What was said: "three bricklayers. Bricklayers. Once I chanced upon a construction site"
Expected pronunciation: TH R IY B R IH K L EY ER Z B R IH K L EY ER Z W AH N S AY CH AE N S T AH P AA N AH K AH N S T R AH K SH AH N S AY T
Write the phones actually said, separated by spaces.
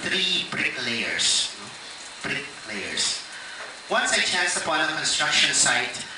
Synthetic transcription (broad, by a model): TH R IY B R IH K L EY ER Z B R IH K L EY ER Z W AH N S AY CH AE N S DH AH B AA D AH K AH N S T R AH K SH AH N S AY T